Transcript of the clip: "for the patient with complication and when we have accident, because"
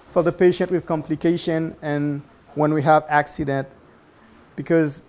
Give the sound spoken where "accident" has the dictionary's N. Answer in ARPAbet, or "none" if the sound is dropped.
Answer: N